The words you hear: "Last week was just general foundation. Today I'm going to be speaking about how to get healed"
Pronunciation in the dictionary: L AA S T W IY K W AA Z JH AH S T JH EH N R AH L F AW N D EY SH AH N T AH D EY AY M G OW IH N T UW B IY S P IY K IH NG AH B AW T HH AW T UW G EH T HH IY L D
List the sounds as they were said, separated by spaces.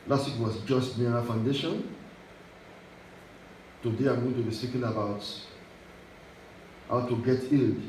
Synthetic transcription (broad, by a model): L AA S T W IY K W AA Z JH AH S T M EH R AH F AW N D EY SH AH N T AH D EY AY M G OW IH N T UW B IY S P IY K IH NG AH B AW T HH AW T UW G EH T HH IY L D